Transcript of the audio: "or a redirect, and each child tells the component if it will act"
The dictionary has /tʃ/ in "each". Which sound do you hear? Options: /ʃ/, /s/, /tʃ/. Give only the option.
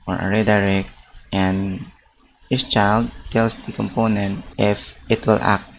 /s/